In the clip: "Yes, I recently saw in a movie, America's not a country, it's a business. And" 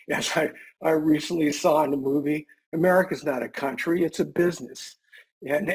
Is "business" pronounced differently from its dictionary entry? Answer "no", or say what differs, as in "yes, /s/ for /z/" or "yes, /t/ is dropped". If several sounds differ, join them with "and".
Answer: no